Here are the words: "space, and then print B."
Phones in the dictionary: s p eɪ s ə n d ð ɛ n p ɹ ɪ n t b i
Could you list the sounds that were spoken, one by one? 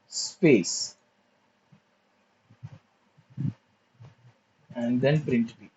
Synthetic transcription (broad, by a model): s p eɪ s ə n d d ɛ n p ɹ ɪ n t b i